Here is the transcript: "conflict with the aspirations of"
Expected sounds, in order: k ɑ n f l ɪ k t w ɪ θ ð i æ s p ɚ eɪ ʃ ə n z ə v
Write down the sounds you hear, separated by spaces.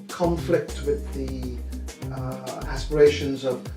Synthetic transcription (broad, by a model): k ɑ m f l ɪ k t w ɪ ð i æ s p ɚ eɪ ʃ ə n z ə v